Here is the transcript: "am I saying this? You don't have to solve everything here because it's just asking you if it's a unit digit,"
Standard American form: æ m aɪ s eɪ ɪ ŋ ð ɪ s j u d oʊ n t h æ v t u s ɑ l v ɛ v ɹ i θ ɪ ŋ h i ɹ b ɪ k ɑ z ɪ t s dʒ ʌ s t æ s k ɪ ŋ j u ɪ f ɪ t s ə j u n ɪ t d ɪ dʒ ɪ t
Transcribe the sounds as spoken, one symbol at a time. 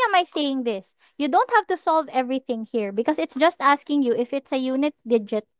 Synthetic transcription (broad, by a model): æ m aɪ s eɪ ɪ ŋ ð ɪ s j u d oʊ n t h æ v t u s ɑ l v ɛ v ɹ i θ ɪ ŋ h i ɹ b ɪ k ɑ s ɪ t s dʒ ʌ s t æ s k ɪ ŋ j u ɪ f ɪ t s ə j u n ɪ t d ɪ dʒ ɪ t